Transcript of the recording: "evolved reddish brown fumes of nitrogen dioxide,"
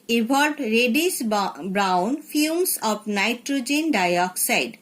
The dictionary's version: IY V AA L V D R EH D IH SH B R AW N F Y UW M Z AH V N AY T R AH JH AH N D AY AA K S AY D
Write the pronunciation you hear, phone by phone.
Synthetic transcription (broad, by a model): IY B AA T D R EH D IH S B R AW N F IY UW M S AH P N AY T R AH JH AH N D AY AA K S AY D